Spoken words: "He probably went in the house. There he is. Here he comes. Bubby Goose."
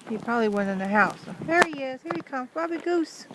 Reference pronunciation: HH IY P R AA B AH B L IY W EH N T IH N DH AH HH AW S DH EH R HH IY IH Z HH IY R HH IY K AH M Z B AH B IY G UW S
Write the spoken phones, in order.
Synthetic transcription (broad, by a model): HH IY P R AA B AH B L IY W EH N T IH N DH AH HH AW S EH R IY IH S HH IY R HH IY K AH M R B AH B IY G UW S